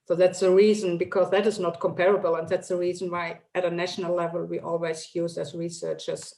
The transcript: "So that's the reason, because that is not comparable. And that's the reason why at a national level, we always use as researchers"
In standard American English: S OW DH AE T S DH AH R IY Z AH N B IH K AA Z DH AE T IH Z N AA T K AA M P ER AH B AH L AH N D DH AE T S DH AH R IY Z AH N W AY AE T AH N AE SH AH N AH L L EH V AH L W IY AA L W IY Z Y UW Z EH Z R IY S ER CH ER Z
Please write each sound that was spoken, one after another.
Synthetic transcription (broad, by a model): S OW DH AE T S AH R IY Z AH N B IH K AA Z DH AE T IH Z N AA T K AA M P ER AH B AH L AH N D DH AE T S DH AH R IY Z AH N W AY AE T AH N AE SH AH N AH L L EH V AH L W IY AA L W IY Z Y UW Z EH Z R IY S ER CH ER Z